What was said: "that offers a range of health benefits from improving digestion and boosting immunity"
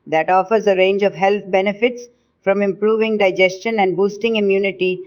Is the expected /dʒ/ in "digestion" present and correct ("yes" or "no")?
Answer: yes